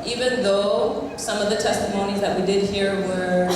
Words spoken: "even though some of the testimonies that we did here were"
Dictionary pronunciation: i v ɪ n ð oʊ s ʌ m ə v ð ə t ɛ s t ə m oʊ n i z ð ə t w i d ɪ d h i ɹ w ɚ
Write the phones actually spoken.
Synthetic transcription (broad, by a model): i v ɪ n ð oʊ s ʌ m ə v ð ə t ɛ s t ə m oʊ n i z ð ə t w i d ɪ d h i ɹ w ɚ